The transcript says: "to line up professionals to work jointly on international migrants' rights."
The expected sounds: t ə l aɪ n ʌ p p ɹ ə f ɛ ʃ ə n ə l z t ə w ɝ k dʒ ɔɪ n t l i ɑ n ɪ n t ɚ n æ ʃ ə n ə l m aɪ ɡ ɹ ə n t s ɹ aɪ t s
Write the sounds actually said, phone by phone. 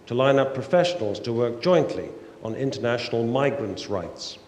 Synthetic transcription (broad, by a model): t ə l aɪ n ʌ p p ɹ ə f ɛ ʃ ə n ə l z t ə w ɝ k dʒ ɔɪ n t l i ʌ n ɪ n t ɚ n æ ʃ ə n ə l m aɪ ɡ ɹ ə n t s ɹ aɪ t s